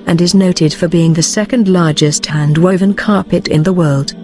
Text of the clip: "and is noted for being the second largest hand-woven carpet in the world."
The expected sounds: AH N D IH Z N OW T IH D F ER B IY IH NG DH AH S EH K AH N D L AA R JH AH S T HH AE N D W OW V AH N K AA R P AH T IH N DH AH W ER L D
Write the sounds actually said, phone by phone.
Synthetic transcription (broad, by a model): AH N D IH Z N OW T IH D F ER B IY IH NG DH AH S EH K AH N D L AA R JH AH S T HH AE N D W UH V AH N K AA R P AH T IH N DH AH W ER L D